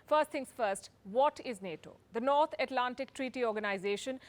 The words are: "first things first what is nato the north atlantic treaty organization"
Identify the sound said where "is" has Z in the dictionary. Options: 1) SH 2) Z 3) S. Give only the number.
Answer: 2